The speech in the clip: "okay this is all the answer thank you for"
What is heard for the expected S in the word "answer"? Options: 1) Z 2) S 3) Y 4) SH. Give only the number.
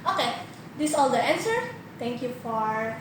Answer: 2